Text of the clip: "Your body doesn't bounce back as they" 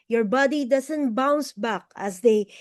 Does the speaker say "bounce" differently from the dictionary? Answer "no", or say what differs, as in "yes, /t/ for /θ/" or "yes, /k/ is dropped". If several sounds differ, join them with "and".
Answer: no